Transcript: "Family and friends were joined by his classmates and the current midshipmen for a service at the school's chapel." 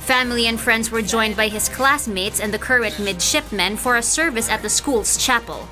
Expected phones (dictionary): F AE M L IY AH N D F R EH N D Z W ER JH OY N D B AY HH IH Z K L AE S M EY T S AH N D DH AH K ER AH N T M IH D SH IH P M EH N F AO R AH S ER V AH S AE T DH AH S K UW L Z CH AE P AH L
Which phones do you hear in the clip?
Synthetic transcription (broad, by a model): F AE M L IY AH N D F R EH N D Z W ER JH OY N D B AY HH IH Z K L AE S M EY T S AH N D DH AH K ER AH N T M IH D SH IH P M EH N F AO R AH S ER V AH S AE T DH AH S K UW L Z CH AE P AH L